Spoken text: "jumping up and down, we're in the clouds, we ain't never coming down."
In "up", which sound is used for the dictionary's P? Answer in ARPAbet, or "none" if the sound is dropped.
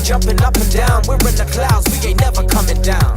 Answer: P